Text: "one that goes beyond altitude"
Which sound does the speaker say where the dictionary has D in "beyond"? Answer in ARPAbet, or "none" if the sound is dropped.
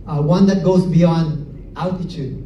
D